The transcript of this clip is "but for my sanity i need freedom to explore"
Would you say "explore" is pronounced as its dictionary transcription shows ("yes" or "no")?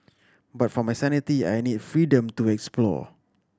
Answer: yes